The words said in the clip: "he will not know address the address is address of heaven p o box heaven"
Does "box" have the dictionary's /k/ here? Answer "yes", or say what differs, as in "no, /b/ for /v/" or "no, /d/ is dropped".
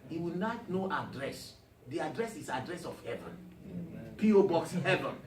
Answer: yes